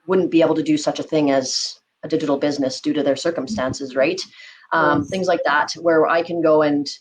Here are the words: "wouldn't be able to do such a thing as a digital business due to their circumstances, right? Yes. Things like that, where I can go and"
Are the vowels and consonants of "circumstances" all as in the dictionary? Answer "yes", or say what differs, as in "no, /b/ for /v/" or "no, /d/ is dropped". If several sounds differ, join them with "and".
yes